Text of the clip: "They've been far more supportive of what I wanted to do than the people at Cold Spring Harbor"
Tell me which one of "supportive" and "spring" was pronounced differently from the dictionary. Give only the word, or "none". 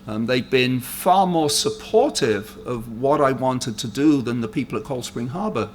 none